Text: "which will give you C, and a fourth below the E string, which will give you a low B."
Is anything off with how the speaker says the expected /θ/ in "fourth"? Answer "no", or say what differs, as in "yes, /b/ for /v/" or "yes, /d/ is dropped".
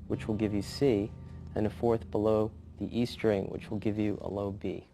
no